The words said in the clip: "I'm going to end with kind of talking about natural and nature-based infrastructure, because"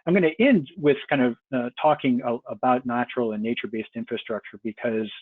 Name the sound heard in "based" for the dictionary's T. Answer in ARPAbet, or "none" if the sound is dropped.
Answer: T